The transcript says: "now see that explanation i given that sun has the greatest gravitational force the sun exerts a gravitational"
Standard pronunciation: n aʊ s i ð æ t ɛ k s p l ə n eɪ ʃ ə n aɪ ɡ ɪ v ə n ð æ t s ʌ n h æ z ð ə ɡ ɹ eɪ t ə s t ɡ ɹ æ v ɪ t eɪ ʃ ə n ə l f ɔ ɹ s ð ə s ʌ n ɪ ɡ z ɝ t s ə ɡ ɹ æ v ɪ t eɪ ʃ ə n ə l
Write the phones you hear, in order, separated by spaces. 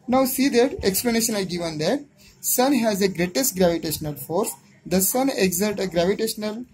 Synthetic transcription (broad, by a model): n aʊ s i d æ t ɛ k s p l ə n eɪ ʃ ə n aɪ ɡ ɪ v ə n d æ t s ʌ n h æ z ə ɡ ɹ eɪ t ə s t ɡ ɹ æ v ɪ t eɪ ʃ ə n ə l f ɔ ɹ s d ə s ʌ n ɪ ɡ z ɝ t ə ɡ ɹ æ v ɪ t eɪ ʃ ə n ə l